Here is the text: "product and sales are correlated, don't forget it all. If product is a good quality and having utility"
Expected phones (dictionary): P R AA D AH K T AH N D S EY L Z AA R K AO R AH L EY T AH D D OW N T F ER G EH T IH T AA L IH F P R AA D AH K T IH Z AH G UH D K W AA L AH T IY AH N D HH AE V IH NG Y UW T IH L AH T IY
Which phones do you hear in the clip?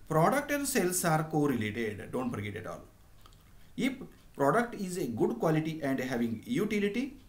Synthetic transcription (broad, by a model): P R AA D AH K T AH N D S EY L S AA R K AO R AH L EY T AH D D OW N T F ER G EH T IH T AA L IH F P R AA D AH K T IH Z AH G UH D K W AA L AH T IY AH N D HH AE V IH NG Y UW T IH L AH T IY